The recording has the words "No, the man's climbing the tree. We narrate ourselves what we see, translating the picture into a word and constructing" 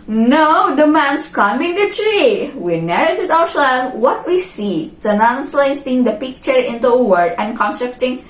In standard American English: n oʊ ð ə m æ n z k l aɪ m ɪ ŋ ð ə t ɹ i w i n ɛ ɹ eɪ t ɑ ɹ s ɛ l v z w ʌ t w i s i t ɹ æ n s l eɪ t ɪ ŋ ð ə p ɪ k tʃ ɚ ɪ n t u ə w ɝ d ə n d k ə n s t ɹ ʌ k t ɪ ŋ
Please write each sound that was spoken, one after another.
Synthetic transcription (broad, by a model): n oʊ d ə m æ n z k aɪ m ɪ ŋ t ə t ɹ i w i n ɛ ɹ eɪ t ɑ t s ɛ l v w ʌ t w i s i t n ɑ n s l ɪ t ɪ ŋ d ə p ɪ k tʃ ɚ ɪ n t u ə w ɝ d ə n k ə n s t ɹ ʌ k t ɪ ŋ